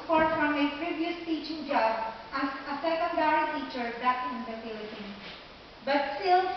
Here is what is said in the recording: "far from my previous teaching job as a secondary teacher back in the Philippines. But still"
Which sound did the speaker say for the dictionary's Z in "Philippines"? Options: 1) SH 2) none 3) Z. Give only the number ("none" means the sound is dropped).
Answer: 2